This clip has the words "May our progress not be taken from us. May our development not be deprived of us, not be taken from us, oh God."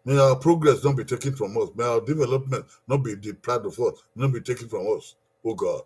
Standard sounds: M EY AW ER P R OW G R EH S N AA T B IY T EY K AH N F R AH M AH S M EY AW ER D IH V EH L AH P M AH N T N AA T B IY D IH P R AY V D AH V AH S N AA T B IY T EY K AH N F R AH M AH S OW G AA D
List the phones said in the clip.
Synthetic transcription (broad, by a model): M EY AW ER P R OW G R EH S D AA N B IY T EY K AH N F R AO M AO S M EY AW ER D IH V EH L AH P M AH N T N AA T B IY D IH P L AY D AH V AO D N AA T B IY T EY K AH N F R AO M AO S OW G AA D